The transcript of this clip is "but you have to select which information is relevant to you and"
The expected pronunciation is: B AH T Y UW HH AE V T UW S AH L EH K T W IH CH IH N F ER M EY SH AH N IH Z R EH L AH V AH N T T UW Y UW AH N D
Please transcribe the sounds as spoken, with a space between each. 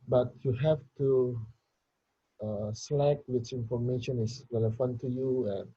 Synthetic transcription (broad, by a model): B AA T Y UW HH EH F T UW S L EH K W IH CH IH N F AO M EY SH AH N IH S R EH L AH F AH N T T UW Y UW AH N